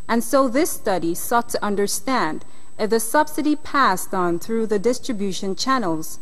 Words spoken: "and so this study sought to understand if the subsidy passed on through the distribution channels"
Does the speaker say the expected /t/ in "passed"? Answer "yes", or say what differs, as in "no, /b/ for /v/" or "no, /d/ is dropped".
yes